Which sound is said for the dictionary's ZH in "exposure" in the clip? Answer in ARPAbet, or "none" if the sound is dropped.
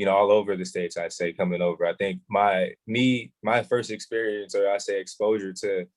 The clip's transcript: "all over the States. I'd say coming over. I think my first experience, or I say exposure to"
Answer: ZH